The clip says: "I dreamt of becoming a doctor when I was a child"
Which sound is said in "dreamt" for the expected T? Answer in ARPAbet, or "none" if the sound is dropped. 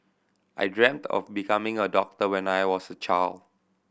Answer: T